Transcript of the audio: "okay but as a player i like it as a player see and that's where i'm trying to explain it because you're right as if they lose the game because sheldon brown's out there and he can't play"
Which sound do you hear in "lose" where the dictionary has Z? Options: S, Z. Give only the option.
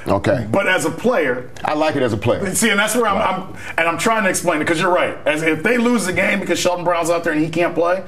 Z